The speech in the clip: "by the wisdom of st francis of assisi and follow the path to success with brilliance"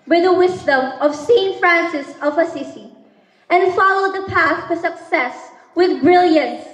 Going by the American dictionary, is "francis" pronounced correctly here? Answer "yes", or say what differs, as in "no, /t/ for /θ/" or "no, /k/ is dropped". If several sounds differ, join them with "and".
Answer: yes